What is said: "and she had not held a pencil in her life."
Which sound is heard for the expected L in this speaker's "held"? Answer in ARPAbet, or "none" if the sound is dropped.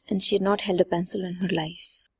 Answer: L